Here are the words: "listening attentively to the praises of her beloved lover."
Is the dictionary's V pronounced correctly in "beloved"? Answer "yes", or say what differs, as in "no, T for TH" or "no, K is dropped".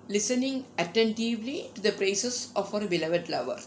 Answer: yes